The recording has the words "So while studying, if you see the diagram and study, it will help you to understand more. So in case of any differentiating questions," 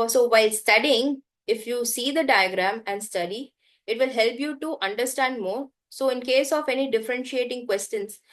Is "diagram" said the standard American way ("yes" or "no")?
yes